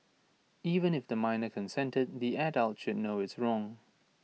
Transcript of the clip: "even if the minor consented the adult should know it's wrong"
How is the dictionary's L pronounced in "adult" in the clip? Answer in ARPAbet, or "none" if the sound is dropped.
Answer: L